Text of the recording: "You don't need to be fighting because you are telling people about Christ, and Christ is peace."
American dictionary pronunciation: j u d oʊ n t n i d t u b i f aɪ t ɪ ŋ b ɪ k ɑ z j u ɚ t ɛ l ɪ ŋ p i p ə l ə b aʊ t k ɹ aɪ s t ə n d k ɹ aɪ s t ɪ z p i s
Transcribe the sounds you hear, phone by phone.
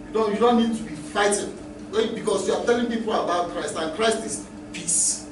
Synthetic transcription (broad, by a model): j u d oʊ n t n i d t u b i f aɪ t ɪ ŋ b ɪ k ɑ s j u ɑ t ɛ l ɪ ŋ p i p ə l ə b aʊ t k ɹ aɪ s t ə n k ɹ aɪ s t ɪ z p i s